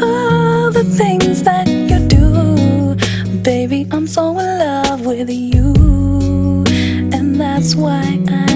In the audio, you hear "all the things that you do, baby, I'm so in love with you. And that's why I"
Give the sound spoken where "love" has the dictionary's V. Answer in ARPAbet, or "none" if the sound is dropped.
V